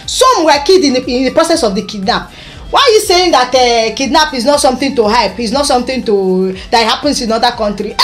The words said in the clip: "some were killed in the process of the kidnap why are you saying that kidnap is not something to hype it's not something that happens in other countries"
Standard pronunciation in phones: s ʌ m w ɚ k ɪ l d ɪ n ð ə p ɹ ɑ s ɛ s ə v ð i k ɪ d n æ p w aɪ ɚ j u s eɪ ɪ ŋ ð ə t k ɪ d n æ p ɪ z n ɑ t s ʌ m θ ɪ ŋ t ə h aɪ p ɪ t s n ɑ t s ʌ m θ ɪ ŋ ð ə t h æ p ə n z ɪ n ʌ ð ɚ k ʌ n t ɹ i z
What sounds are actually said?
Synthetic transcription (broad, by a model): s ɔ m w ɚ k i d ɪ n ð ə p ɹ ɑ s ɛ s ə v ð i k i d n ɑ p w aɪ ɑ j u s eɪ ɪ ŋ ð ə t k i d n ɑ p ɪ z n ɑ t s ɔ m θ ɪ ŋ t ə h aɪ p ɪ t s n ɑ t s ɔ m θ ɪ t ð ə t h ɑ p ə n s ɪ n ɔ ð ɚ k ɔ n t ɹ i